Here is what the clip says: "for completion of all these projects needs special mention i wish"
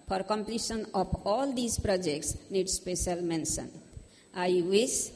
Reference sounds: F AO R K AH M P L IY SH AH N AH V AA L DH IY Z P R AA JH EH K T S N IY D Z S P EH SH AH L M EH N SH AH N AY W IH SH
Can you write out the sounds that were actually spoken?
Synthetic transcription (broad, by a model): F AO R K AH M P L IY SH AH N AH P AA L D IY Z P R AA JH EH K T S N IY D S P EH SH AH L M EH N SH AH N AY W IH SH